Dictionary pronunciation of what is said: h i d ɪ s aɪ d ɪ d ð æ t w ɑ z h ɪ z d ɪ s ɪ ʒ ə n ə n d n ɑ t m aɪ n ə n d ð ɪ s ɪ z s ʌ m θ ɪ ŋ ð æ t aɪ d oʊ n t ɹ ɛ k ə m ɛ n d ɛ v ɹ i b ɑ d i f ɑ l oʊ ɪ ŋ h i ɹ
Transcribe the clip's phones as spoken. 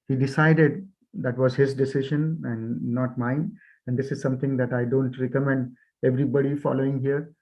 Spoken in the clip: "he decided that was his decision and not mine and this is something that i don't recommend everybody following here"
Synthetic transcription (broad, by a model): h i d ɪ s aɪ d ɪ d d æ t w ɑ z h ɪ z d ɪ s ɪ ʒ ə n ə n d n ɑ t m aɪ n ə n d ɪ s ɪ z s ʌ m t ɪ ŋ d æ t aɪ d oʊ n t ɹ ɛ k ə m ɛ n d ɛ v ɹ i b ɑ d i f ɑ l oʊ ɪ ŋ h i ɹ